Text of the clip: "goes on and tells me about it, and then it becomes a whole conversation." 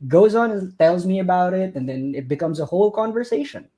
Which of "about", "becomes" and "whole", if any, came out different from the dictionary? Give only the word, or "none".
none